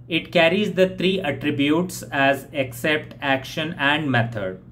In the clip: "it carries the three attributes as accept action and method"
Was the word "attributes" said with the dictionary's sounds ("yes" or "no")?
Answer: yes